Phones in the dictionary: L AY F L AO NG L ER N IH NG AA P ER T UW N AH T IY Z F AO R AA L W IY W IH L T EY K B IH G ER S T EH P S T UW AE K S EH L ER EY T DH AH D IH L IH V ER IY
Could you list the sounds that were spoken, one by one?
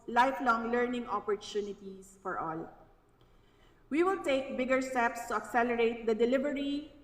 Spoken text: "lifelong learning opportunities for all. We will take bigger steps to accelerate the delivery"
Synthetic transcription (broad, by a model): L AY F L AO NG L ER N IH NG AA P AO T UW N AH T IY S F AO R AA L W IY W IH L T EY K B IH G ER S T EH P S T UW AE K S EH L ER EY T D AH D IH L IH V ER IY